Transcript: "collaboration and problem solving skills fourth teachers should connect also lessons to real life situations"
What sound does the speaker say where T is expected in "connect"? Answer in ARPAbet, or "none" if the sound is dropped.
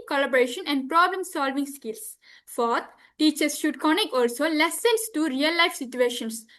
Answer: none